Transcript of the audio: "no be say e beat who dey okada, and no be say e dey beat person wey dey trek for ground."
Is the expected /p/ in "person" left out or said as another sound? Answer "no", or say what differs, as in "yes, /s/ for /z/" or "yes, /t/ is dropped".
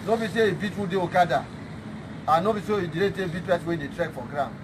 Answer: yes, /b/ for /p/